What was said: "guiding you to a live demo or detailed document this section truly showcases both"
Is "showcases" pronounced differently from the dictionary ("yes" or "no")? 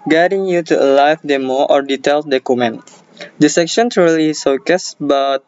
yes